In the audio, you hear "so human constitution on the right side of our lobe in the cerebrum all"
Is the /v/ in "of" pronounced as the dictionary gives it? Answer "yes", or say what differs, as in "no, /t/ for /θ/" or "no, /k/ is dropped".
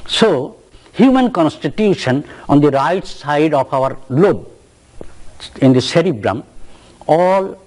no, /p/ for /v/